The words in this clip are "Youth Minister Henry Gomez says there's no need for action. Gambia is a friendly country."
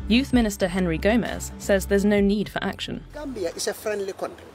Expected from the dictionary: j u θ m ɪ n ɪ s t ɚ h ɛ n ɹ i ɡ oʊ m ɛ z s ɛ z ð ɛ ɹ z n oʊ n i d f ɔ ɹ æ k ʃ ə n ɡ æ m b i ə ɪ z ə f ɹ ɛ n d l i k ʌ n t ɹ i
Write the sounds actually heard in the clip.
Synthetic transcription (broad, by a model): j u θ m ɪ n ɪ s t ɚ h ɛ n ɹ i ɡ oʊ m ɛ z s ɛ z ð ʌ z n oʊ n i d f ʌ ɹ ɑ k ʃ ə n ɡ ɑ m b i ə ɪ s ə f ɹ ɛ n d l i k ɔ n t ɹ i